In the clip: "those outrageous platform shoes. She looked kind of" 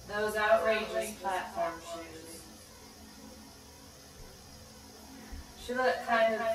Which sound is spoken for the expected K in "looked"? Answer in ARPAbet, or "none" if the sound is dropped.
none